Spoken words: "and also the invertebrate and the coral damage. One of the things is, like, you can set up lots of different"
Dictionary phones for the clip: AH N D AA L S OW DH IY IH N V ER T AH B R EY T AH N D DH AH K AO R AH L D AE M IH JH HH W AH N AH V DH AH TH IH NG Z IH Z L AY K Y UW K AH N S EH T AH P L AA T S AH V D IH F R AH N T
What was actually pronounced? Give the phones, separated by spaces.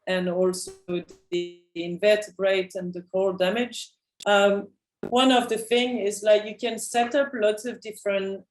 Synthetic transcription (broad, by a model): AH N AA L S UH DH IY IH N V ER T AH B R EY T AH N DH AH K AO AH L D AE M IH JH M W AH N AH V DH AH TH IH NG IH Z L AY K Y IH K AH N S EH T AH P L AA T S AH V D IH F R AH N T